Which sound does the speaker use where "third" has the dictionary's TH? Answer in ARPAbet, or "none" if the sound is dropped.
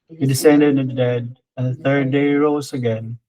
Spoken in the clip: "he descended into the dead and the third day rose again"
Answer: TH